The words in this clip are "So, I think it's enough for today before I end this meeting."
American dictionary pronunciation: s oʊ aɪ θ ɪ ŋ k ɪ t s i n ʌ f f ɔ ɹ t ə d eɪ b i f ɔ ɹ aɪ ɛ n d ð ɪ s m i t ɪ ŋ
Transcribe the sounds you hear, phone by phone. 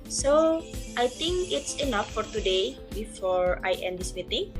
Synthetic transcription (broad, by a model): s oʊ aɪ t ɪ ŋ k ɪ t s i n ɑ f f ɔ ɹ t ə d eɪ b i f ɔ ɹ aɪ ɛ n d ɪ s m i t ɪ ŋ